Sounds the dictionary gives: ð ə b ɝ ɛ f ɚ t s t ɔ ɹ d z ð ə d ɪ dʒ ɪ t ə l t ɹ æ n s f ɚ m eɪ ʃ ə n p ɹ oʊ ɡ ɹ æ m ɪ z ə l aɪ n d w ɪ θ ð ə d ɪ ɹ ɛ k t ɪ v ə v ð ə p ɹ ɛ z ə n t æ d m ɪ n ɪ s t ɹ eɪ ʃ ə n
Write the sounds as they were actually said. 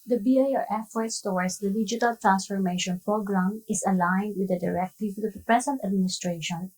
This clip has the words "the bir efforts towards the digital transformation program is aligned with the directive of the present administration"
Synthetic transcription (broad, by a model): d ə b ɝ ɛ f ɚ t s t ɔ w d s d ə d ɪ dʒ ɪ t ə l t ɹ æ n s f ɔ m eɪ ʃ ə n p ɹ oʊ ɡ ɹ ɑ m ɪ s ə l aɪ n d w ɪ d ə d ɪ ɹ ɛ k t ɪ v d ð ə p ɹ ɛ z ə n t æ d m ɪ n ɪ s t ɹ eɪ ʃ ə n